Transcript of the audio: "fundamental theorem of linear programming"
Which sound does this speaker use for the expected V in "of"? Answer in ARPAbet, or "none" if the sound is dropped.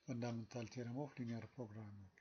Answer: F